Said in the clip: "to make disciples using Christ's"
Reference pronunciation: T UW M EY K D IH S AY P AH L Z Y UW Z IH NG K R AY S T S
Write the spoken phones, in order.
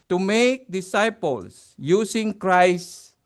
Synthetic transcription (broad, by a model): T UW M EY K D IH S AY P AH L S Y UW S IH NG K R AY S S